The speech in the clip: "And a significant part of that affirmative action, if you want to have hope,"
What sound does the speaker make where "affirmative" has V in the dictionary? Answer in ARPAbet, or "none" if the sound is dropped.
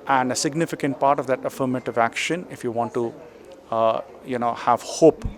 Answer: V